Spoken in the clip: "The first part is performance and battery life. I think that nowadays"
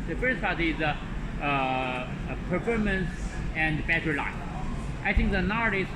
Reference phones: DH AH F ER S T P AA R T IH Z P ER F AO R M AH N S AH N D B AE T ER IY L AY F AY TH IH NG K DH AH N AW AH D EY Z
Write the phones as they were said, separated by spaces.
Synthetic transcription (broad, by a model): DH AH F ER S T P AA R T IH Z P ER F AO R M AH N S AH N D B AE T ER L AY AY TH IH NG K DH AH N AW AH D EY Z